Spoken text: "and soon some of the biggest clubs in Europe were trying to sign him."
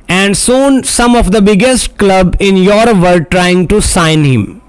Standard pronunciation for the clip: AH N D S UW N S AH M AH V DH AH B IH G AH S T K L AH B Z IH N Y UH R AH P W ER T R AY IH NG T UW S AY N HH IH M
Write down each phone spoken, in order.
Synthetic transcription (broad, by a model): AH N D S UW N S AH M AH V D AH B IH G AH S T K L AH B IH N Y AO R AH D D T R AY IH NG T UW S AY N HH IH M